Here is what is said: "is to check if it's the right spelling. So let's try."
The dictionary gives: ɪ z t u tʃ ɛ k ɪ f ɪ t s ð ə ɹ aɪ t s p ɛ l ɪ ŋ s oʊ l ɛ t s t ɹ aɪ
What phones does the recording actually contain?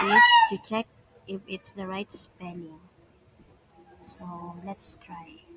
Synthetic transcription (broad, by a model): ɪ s t u tʃ ɛ k ɪ f ɪ t s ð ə ɹ aɪ t s p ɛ n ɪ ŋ s oʊ l ɛ t s t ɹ aɪ